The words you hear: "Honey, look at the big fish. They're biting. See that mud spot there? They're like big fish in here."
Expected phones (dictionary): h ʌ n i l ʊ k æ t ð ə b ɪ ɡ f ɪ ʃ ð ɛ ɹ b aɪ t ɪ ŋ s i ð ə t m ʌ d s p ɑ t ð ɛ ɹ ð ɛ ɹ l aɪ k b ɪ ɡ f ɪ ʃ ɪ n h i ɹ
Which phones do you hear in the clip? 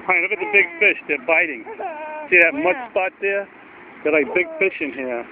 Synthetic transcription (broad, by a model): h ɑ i n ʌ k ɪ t ð ə b ɪ ɡ f ɪ ʃ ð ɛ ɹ b aɪ t ɪ ŋ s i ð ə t m ʌ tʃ s p ɑ t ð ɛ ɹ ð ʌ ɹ l aɪ k b ɪ ɡ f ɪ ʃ ɪ n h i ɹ